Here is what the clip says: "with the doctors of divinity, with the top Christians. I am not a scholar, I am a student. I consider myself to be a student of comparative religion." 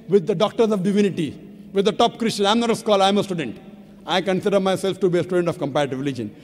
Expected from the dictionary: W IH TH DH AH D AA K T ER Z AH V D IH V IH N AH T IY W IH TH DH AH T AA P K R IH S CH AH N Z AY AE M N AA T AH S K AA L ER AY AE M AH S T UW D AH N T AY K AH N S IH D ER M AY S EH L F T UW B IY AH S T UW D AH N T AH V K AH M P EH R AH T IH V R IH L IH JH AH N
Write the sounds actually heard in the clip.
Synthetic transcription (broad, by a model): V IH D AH D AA K T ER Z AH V D IH V IH N AH T IY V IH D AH T AA P K R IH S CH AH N AY M N AA T AH S K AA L AY M AH S T UW D AH N T AY K AH N S IH D ER M AY S EH L F T UW B IY AH S T UW D AH N T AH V K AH M P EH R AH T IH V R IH L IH JH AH N